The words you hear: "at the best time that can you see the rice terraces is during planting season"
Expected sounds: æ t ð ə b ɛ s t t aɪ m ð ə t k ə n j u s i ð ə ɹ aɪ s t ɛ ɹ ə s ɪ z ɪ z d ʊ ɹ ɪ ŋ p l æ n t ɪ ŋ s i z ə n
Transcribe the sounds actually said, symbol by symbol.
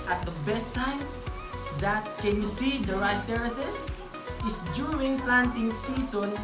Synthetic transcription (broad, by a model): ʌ t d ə b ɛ s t t aɪ m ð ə t k ə n j u s i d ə ɹ aɪ s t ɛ ɹ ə s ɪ s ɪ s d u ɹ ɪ ŋ p l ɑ n t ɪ ŋ s i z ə n